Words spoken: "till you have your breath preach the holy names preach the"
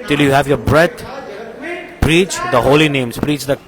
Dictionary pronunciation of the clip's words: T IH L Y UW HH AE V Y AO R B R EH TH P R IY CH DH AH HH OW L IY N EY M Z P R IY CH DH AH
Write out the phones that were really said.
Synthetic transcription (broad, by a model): T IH L Y UW HH AE V Y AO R B R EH T P R IY CH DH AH HH OW L IY N EY M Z P R IY CH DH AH